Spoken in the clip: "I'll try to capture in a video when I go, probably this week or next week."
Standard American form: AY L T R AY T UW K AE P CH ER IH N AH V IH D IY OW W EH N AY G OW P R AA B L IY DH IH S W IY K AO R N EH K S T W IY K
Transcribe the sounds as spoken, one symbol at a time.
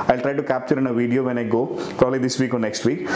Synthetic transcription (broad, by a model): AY L T R AY T UW K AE P CH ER IH N AH V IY D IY OW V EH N AY G OW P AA L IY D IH S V IY K AO R N EH K S T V IY K